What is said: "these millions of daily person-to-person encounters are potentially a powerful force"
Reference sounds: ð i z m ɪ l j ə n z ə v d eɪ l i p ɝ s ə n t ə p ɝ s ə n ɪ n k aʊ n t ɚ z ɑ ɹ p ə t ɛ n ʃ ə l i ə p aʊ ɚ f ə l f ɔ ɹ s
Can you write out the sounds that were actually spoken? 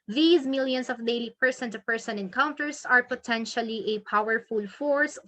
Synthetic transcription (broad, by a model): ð i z m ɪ l j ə n s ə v d eɪ l i p ɝ s ə n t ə p ɝ s ə n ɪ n k aʊ n t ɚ s ɑ ɹ p ə t ɛ n ʃ ə l i ə p aʊ ɚ f ə l f ɔ ɹ s